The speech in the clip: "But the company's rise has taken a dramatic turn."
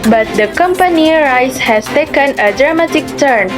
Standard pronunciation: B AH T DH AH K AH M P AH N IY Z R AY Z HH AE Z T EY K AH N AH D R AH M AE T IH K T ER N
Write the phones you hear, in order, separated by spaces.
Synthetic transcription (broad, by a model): B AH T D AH K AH M P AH N IY R AY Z HH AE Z T EY K AH N AH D R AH M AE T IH K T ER N